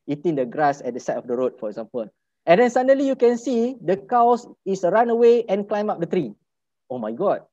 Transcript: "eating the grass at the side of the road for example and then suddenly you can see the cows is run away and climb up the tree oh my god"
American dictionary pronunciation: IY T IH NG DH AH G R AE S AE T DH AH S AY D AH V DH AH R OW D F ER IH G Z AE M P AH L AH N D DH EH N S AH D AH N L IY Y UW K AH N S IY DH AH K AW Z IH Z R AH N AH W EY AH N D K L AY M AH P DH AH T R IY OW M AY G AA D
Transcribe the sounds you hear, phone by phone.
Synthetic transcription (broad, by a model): IY T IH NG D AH G R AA S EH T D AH S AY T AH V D AH R OW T F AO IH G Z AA M P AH L AH N D EH N S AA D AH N L IY Y UW K AH N S IY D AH K AW S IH S R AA N AH W EY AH N K L AY M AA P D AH T R IY OW M AY G AA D